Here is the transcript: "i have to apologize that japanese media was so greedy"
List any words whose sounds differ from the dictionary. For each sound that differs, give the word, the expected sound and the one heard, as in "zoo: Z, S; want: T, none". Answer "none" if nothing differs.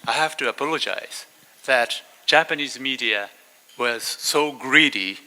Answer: have: V, F